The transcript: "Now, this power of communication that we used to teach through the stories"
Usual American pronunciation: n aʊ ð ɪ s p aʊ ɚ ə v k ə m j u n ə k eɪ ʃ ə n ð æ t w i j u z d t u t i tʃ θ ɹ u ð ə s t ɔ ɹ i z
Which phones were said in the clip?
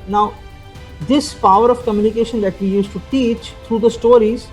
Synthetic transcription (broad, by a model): n aʊ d ɪ s p aʊ ɚ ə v k ə m j u n ə k eɪ ʃ ə n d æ t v i j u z t u t i tʃ t ɹ u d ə s t ɔ ɹ i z